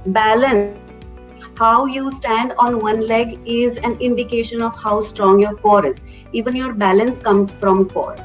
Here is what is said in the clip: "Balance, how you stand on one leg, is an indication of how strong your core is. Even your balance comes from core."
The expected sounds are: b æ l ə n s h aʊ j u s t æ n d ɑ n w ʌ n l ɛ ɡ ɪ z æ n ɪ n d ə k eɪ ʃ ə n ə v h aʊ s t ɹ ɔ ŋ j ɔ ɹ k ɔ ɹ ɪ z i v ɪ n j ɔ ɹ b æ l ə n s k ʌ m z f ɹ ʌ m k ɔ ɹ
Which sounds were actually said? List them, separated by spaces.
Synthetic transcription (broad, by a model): b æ l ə n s h aʊ j u s t æ n d ɑ n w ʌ n l ɛ ɡ ɪ z æ n ɪ n d ə k eɪ ʃ ə n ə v h aʊ s t ɹ ɔ ŋ j ɔ ɹ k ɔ ɹ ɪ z i v ɪ n j ɔ ɹ b æ l ə n s k ʌ m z f ɹ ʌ m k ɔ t